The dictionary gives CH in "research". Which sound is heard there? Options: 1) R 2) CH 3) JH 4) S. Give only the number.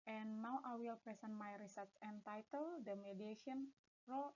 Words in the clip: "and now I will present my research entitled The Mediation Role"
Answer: 4